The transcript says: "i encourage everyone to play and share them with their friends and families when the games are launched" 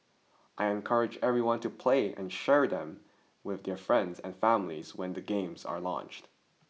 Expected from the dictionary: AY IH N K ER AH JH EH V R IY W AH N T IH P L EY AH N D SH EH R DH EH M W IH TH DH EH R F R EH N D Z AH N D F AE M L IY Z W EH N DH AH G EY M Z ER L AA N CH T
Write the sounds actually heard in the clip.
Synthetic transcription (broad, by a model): AY IH N K ER AH JH EH V R IY W AH N T IH P L EY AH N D SH EH R DH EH M W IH DH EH R F R EH N D Z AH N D F AE M L IY Z W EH N DH AH G EY M Z ER L AA N CH T